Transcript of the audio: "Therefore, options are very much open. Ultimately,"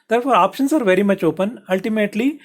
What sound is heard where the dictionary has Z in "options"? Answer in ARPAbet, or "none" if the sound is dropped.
S